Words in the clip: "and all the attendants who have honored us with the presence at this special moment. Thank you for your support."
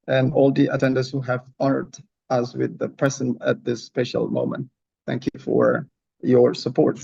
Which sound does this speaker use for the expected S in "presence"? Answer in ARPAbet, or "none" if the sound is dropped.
none